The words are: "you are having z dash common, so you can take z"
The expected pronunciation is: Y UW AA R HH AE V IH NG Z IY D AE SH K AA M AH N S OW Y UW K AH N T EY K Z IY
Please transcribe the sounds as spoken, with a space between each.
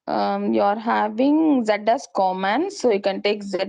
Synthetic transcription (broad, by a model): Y AA R HH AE V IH NG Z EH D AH S K AA M AH N S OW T K AH N T EY K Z